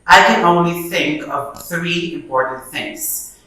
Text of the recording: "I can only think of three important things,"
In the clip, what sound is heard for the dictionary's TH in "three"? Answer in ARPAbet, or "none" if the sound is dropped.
TH